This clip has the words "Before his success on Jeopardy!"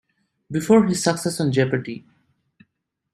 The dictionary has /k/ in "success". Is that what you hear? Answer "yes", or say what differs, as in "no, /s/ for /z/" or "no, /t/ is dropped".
yes